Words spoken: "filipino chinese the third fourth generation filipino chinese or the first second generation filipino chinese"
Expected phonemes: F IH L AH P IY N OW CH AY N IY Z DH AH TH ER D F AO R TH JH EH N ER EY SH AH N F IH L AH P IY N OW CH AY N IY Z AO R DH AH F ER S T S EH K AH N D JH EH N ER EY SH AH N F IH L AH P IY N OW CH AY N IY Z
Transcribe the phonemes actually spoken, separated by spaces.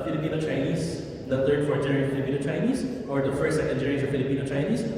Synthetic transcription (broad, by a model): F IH L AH P IY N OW CH AY N IY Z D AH T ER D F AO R T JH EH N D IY AH F IH L AH P IY N OW CH AY N IY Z AO R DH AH F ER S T S EH K AH N D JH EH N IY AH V F IH L AH P IY N OW CH AY N IY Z